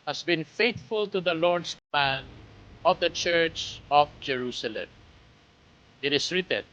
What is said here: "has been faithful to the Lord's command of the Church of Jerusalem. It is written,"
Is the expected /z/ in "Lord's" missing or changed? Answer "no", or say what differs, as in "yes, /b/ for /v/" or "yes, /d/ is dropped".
yes, /s/ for /z/